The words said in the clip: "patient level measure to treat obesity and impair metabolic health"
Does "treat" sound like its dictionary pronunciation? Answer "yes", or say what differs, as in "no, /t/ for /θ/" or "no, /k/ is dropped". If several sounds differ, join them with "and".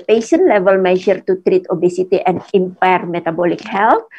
yes